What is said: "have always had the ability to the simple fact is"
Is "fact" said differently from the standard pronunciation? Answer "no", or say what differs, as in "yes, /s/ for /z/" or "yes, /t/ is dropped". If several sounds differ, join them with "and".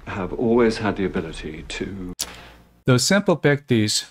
yes, /p/ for /f/